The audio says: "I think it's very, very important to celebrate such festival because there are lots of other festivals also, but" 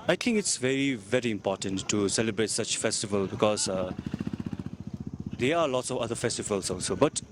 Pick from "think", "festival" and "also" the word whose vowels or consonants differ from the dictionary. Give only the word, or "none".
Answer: think